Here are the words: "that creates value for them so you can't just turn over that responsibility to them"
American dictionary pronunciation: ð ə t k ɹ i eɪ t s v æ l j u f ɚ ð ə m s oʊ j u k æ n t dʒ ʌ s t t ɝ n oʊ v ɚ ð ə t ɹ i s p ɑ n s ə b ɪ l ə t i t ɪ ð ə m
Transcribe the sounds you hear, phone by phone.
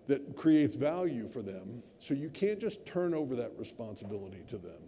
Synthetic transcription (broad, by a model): ð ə t k ɹ i eɪ t s v æ l j u f ɚ ð ə m s oʊ j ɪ k æ n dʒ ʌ s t t ɝ n oʊ v ɚ ð ə t ɹ i s p ɑ n s ə b ɪ l ə t i t ɪ ð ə m